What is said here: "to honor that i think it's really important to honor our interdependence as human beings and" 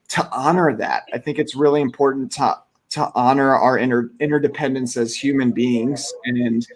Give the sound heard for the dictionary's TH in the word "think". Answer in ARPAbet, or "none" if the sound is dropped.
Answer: TH